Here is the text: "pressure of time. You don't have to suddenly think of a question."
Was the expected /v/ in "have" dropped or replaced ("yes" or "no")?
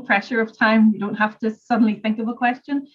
yes